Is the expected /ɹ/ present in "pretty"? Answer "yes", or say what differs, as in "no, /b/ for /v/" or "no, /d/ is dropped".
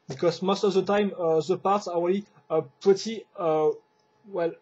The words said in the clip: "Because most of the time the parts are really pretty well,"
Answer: no, /ɹ/ is dropped